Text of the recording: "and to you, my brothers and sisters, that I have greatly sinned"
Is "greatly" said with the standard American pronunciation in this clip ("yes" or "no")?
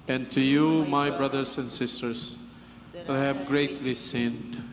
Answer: yes